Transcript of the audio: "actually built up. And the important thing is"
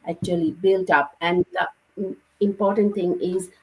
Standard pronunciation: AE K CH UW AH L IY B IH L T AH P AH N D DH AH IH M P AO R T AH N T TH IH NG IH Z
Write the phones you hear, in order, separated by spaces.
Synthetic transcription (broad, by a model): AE K CH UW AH L IY B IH L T AH P AH N D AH IH M P AO R T AH N T T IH NG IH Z